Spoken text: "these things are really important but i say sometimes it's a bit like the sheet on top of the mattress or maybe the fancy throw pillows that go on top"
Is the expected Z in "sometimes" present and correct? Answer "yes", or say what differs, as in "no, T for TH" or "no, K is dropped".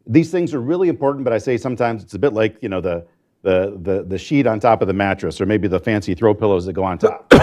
yes